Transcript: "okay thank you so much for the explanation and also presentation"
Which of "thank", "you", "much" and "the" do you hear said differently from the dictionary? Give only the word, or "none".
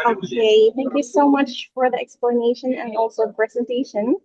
none